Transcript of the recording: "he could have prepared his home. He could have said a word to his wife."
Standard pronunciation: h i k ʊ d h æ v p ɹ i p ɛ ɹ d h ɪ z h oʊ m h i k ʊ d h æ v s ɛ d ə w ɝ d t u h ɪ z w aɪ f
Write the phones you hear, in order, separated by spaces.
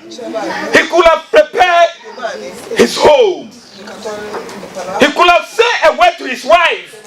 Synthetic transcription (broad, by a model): h i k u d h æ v p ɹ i p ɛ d h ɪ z h oʊ m h i k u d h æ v s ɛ ə w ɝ t u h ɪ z w aɪ f